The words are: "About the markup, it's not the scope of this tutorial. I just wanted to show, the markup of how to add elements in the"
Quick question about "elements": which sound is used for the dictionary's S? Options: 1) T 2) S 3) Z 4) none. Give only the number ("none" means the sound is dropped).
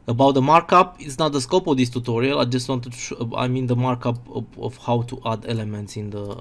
2